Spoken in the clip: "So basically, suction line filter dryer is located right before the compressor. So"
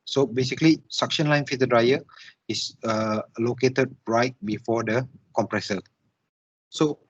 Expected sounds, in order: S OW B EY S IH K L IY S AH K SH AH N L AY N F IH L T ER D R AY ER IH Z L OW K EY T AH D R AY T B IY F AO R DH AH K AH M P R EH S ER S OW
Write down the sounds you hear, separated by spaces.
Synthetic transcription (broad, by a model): S OW B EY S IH K L IY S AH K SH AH N L AY N F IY T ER D R AY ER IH S L OW K EY T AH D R AY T B IY F AO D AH K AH M P R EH S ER S OW